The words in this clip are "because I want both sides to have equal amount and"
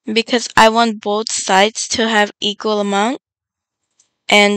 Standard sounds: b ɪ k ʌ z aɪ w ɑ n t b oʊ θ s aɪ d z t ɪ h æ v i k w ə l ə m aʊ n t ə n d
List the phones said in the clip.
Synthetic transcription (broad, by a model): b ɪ k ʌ z aɪ w ɑ n t b oʊ θ s aɪ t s t ɪ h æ v i k w ə l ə m aʊ n t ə n